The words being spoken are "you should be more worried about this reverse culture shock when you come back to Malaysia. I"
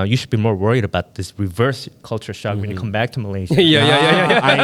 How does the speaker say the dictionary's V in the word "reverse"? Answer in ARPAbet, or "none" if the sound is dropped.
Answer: V